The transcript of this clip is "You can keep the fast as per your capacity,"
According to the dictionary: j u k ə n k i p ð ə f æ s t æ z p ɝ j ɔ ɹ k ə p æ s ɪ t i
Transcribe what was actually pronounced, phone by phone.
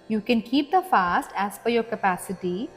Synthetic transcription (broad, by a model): j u k ə n k i p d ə f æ s t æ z f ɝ j ɔ ɹ k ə p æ s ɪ t i